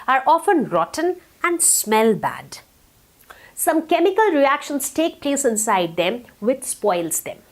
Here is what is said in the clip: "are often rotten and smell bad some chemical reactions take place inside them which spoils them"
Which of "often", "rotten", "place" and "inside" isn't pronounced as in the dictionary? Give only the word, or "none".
none